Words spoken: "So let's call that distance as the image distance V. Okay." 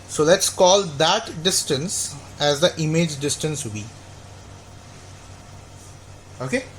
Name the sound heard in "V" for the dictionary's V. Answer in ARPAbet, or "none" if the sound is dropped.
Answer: B